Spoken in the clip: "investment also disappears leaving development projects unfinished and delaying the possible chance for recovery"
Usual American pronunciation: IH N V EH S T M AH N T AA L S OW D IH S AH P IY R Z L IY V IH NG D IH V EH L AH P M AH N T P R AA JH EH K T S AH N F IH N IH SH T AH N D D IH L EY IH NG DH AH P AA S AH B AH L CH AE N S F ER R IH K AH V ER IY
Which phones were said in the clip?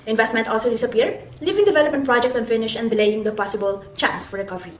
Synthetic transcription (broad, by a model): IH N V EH S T M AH N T AA L S OW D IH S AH P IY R L IY V IH NG D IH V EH L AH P M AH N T P R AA JH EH K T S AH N F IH N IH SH AH N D D IH L EY IH NG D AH P AA S AH B AH L CH AE N S F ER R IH K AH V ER IY